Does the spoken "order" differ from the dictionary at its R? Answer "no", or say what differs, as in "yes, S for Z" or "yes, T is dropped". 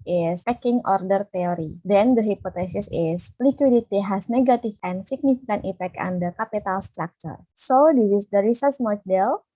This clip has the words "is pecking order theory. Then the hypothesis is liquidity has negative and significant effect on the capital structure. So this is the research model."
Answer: no